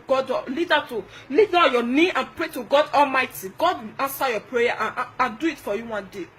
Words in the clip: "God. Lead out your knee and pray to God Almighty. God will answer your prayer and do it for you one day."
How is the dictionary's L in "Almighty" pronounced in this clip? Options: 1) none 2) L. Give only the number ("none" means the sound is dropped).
2